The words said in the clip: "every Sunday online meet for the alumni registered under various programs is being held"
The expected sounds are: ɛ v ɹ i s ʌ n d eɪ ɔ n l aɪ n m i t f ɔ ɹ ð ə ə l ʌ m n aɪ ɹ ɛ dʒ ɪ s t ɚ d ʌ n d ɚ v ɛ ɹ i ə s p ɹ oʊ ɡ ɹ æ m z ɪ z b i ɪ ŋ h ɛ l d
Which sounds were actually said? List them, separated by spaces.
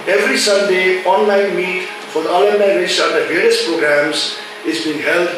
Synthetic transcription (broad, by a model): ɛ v ɹ i s ʌ n d eɪ ɔ n l aɪ n m i t f ɔ ɹ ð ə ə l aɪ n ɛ ɪ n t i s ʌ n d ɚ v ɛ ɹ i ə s p ɹ oʊ ɡ ɹ æ m z ɪ z b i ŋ h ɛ l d